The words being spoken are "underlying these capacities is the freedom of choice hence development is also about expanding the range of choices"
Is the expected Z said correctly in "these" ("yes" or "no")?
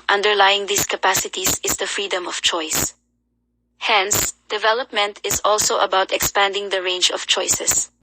no